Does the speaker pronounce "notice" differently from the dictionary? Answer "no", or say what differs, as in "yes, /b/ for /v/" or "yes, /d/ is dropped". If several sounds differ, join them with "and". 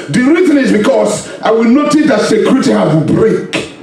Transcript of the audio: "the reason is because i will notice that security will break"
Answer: no